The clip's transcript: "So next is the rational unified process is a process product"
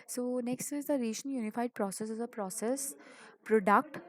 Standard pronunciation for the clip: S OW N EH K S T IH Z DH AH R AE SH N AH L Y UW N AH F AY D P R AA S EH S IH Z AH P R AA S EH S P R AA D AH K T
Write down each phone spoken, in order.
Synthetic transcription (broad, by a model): S OW N EH K S T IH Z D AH R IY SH AH N Y UW N AH F AY D P R AA S EH S IH Z AH P R AA S EH S P R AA D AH K T